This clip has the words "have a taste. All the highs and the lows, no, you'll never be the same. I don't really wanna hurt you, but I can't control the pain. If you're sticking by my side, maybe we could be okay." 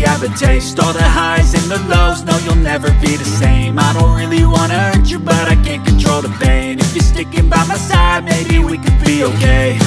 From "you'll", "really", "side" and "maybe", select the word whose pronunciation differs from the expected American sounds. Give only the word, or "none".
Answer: none